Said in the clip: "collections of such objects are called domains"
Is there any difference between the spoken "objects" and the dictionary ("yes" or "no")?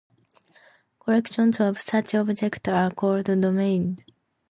yes